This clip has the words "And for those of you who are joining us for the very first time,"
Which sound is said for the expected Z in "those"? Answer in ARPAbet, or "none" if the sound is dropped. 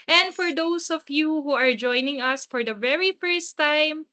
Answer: S